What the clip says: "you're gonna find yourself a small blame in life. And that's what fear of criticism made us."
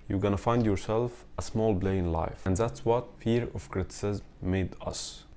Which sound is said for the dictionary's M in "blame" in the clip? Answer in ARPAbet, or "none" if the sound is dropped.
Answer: none